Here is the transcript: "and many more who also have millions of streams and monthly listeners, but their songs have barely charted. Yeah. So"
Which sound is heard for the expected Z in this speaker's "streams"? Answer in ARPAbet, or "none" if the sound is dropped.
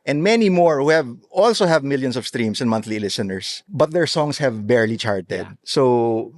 S